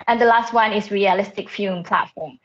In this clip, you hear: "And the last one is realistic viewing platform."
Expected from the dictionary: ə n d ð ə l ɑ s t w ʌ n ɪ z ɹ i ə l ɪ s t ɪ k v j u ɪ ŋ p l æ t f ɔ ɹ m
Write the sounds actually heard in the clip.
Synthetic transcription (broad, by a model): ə n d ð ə l ɑ s t w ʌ n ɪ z ɹ i ə l ɪ s t ɪ k f j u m p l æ t f ɔ m